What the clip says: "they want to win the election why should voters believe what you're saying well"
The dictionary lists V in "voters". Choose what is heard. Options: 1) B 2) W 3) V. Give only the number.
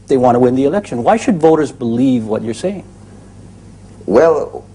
3